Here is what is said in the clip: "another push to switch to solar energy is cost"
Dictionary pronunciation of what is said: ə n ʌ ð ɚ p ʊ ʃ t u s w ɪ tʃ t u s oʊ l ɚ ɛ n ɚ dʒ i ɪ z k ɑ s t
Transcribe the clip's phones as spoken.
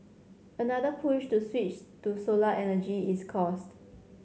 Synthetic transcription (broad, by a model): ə n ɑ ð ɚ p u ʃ t u s w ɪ tʃ t u s oʊ l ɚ ɛ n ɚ dʒ i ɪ s k ɑ s t